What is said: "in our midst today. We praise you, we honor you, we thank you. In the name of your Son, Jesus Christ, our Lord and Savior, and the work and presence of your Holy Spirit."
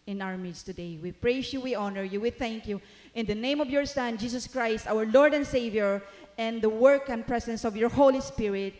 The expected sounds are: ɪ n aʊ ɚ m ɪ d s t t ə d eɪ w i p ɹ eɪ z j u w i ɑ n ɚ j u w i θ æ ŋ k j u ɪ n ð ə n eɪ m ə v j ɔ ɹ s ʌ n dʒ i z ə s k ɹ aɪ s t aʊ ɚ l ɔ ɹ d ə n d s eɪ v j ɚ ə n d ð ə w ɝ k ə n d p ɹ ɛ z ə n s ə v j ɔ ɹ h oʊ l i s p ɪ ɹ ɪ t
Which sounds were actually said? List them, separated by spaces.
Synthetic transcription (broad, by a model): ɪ n aʊ ɚ m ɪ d s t t ə d eɪ w i p ɹ eɪ s j u w i ɑ n ɚ j u w i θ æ ŋ k j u ɪ n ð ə n eɪ m ə v j ɔ ɹ s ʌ n dʒ i s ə s k ɹ aɪ s t aʊ ɚ l ɔ ɹ d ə n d s eɪ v j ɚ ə n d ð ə w ɝ k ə n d p ɹ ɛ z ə n s ə v j ɔ ɹ h oʊ l i s p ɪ ɹ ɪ t